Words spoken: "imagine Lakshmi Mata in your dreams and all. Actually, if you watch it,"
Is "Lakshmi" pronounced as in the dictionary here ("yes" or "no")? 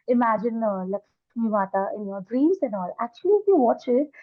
no